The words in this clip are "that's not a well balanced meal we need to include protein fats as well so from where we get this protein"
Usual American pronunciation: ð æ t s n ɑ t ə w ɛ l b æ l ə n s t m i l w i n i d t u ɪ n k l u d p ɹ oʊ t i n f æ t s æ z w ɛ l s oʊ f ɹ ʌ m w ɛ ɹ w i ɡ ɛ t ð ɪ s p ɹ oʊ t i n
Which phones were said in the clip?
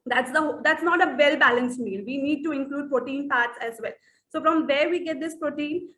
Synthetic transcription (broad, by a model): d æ t s n ɑ t ə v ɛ l b æ l ə n s t m i l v i n i d t u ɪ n k l u d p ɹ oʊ t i n p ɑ t s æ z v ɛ l s oʊ f ɹ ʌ m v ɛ ɹ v i ɡ ɛ t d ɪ s p ɹ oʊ t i n